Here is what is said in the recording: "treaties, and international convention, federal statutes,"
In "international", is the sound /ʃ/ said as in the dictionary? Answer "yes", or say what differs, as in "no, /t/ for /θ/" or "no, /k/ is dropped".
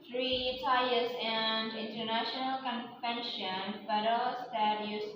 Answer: yes